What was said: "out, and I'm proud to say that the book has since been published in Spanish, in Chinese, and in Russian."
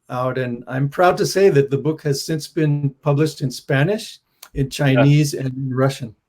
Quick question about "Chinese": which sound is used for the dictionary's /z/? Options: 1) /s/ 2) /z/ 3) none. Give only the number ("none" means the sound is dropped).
2